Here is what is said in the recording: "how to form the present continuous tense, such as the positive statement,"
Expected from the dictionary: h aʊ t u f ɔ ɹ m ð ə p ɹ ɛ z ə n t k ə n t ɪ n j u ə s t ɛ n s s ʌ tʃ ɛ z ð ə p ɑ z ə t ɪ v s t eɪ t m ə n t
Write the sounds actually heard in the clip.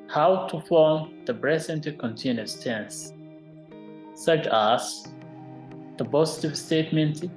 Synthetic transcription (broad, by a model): h aʊ t u f ɔ ɹ m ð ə b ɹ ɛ s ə n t k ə n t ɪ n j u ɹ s t ɛ n s s ʌ tʃ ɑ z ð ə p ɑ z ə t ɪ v s t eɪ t m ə n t